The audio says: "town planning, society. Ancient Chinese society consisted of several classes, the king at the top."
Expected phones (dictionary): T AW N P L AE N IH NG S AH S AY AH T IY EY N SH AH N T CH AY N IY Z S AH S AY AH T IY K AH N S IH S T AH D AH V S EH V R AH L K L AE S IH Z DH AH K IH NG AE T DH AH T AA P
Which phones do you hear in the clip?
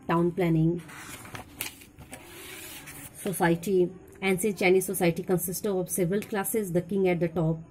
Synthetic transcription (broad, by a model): T AW N P L AE N IH NG S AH S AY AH T IY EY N S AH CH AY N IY S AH S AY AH T IY K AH N S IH S T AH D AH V S EH V R AH L K L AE S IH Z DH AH K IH NG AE T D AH T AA P